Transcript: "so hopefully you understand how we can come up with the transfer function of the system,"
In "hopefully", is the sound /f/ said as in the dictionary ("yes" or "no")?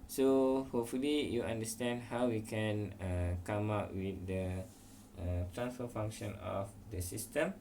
yes